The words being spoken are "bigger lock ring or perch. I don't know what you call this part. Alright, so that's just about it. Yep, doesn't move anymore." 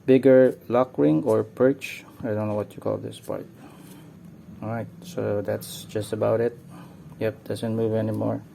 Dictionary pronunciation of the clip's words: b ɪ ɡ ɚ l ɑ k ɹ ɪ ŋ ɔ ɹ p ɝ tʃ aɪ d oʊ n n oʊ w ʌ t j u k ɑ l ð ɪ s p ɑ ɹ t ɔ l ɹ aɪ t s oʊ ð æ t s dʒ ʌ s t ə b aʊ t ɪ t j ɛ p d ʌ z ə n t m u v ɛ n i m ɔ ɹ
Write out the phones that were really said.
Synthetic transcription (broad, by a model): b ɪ ɡ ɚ l ɑ k ɹ ɪ ŋ ɔ ɹ p ɝ tʃ aɪ d oʊ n n oʊ w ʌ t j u k ɑ l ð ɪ s p ɑ ɹ t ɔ ɹ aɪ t s oʊ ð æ t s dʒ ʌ s t ə b aʊ t ɪ t j ɛ p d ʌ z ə n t m u v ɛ n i m ɔ ɹ